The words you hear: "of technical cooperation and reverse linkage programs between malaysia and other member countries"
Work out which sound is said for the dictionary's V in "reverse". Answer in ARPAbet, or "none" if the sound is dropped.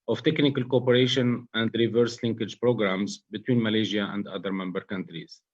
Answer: V